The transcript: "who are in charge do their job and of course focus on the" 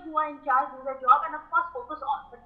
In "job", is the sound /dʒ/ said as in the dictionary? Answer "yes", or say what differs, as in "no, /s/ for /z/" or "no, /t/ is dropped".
yes